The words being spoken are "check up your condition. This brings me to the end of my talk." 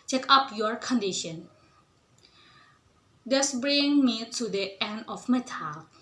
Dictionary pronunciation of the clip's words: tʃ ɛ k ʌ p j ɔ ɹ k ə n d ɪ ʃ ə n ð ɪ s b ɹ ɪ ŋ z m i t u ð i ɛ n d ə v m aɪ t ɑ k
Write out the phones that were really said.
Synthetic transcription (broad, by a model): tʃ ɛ k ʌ p j ɔ ɹ k ə n d ɪ ʃ ə n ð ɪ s b ɹ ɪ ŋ m i t u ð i ɛ n d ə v m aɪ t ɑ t